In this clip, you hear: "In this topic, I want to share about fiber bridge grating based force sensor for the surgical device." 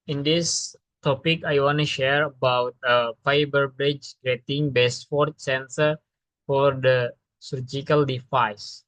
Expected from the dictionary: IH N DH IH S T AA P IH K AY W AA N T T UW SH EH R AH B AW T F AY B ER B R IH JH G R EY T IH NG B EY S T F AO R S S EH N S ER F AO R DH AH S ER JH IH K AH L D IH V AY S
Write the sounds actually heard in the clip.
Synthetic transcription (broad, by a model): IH N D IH S T AA P IH K AY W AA N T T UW SH EH R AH B AW T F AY B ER B R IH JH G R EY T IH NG B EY S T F AO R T S EH N S ER F AO R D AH S ER JH IH K AH L D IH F AY S